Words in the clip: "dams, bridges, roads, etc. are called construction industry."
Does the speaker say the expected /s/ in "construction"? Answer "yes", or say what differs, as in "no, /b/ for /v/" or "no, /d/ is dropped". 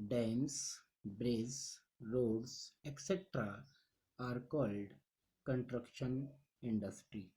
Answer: no, /s/ is dropped